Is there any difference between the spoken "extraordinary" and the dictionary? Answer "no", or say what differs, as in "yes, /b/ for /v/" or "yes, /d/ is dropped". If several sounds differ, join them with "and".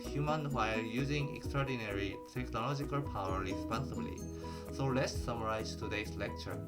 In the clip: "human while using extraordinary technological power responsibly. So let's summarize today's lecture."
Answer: no